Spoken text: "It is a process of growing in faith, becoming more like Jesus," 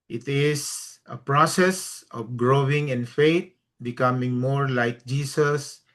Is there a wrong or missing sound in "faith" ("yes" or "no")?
yes